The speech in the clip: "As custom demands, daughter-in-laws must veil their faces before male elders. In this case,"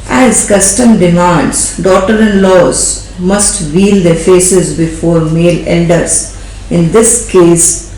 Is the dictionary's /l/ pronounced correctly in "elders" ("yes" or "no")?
no